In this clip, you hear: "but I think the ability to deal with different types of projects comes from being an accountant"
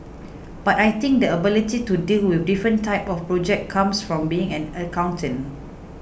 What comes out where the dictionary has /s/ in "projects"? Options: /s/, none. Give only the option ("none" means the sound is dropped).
none